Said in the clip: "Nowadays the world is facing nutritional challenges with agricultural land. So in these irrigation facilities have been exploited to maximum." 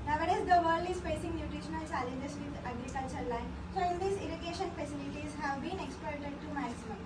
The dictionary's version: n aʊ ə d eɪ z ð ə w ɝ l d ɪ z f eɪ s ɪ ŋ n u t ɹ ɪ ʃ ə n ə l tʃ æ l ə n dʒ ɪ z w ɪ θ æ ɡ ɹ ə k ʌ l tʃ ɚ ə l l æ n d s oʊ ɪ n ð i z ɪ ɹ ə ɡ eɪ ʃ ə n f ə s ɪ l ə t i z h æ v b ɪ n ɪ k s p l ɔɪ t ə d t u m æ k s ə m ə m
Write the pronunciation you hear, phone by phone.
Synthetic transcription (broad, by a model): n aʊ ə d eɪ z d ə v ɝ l ɪ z f eɪ s ɪ ŋ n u t ɹ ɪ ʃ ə n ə l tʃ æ l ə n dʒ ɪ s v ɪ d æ ɡ ɹ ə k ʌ l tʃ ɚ l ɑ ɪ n s oʊ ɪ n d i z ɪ ɹ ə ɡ eɪ ʃ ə n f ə s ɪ l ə t i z h æ v b ɪ n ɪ k s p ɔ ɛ t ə d t u m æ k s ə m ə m